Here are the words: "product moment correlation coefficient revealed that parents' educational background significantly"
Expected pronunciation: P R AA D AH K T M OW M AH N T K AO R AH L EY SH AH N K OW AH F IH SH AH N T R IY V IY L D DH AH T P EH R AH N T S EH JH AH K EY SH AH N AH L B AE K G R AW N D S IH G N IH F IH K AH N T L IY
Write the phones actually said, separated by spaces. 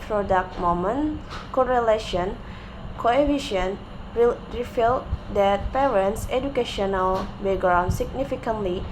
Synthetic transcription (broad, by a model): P R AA D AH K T M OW M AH N K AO R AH L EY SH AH N K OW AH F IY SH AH N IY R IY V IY L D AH T P EH R AH N T S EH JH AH K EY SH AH N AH L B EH G R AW N S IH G N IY F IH K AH N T L IY